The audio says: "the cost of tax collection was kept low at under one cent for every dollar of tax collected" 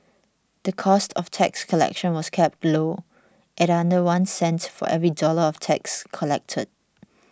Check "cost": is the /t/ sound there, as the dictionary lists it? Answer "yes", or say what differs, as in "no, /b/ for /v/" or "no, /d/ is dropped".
yes